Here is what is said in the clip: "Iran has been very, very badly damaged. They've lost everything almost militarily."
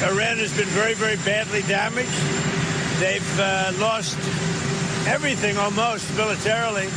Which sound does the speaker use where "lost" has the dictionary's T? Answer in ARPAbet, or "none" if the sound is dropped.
T